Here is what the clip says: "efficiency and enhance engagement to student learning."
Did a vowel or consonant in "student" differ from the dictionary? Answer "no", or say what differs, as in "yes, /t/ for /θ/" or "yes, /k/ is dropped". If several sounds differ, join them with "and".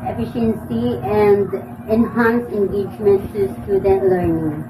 yes, /n/ is dropped